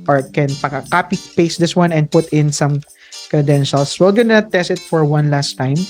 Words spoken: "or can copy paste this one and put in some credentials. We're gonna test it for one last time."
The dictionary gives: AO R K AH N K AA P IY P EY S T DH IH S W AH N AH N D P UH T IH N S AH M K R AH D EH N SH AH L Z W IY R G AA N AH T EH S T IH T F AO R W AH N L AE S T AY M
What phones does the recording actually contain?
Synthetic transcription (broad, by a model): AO R K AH N K AA P IY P EY S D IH S W AH N AH N D P UH T IH N S AH M K R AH D EH N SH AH L S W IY L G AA N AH T EH S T IH T F AO R W AH N L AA S T AY M